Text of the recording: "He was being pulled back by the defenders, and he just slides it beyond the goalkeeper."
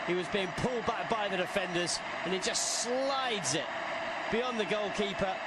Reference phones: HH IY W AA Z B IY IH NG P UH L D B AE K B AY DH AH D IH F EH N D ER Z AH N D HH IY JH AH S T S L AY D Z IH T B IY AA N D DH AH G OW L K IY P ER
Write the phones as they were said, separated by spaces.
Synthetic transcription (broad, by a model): HH IY W AA Z B IY IH NG P UH L D B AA K B AY DH AH D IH F EH N D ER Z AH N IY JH AH S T S L AY D Z IH T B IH AA N DH AH G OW L K IY P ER